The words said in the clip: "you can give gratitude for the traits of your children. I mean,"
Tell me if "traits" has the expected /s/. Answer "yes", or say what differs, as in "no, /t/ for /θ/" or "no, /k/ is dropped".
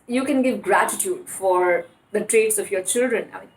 yes